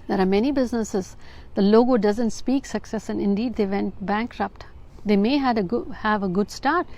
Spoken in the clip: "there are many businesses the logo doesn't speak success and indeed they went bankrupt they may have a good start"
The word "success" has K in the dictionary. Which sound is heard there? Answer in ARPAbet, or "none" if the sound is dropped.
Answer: K